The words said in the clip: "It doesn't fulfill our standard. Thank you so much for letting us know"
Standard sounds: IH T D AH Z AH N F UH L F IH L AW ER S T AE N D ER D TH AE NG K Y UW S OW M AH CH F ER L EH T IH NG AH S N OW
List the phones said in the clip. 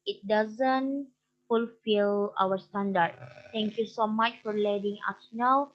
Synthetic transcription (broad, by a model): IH T D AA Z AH N F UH L F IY L AW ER S T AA N D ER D T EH NG K Y UW S OW M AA CH F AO L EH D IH NG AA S N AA